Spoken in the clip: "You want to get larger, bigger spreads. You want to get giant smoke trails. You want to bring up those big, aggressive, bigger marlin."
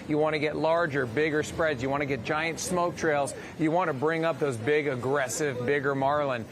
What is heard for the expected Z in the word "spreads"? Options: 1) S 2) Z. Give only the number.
2